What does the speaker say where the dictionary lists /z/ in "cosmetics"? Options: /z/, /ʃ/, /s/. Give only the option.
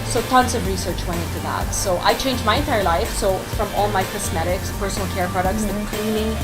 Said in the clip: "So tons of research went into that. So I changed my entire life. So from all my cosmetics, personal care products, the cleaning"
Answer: /s/